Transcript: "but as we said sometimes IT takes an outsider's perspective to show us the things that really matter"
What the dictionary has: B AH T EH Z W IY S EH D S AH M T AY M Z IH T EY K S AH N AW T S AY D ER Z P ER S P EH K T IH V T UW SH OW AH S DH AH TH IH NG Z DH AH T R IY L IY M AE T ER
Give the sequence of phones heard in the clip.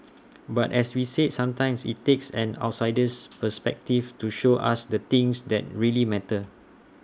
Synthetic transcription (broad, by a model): B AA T EH S W IY S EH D S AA M T AY M S IH T EY K S AH N AW T S AY D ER S P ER S P EH K T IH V T UW SH OW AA S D AH T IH NG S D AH T R IY L IY M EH T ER